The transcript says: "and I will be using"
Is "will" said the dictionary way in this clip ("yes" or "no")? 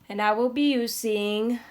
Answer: yes